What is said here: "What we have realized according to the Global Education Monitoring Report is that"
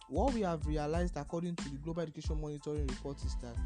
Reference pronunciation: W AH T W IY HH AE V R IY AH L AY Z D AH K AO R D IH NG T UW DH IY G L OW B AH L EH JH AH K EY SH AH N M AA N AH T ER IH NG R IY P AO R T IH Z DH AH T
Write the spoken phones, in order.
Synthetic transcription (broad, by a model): W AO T W IY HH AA V R IY AH L AY Z D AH K AO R D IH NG T UW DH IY G L OW B AH L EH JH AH K EY SH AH N M AA N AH T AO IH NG R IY P AO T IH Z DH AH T